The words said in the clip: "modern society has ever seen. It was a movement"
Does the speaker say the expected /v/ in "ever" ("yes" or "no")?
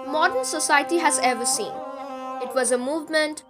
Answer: yes